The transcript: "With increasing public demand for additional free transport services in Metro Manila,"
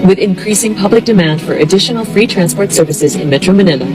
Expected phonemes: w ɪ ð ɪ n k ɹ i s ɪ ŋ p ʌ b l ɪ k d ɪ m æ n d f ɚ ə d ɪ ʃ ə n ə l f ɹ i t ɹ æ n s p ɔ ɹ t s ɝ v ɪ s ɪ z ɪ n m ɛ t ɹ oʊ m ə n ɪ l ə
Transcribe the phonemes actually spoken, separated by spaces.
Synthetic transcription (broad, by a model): w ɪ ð ɪ n k ɹ i s ɪ ŋ p ʌ b l ɪ k d ɪ m æ n d f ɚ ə d ɪ ʃ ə n l f ɹ i t ɹ æ n s p ɔ ɹ t s ɝ v ɪ s ɪ z ɪ n m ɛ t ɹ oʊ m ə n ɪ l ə